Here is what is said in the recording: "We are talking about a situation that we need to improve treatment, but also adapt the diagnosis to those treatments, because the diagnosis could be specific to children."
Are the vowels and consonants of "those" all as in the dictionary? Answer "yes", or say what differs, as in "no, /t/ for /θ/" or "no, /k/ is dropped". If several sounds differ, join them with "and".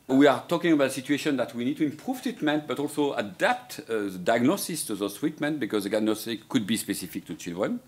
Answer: no, /z/ is dropped